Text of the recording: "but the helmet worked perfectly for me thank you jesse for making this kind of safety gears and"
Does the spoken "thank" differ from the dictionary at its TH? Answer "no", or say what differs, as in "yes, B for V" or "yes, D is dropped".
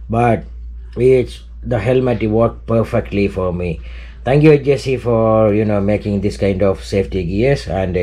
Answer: yes, T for TH